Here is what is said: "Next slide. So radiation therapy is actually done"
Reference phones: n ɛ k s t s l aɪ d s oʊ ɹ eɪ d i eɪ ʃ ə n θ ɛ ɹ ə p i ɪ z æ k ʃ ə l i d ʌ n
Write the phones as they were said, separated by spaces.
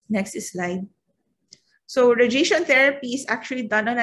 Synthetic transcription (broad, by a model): n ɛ k s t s l aɪ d s oʊ ɹ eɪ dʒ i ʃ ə n t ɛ ɹ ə p i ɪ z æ k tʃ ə l i d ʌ n